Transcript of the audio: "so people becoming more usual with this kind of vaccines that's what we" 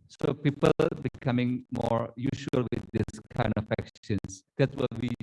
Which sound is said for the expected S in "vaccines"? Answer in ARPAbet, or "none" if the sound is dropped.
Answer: SH